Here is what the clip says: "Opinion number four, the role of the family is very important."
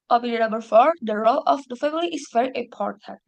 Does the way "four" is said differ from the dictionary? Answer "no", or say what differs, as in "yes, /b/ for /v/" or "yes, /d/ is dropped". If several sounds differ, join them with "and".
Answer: no